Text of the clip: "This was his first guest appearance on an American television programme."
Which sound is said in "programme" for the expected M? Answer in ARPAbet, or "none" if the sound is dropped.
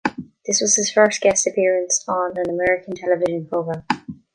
none